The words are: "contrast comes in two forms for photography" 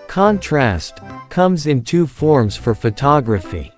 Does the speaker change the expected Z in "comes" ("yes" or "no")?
no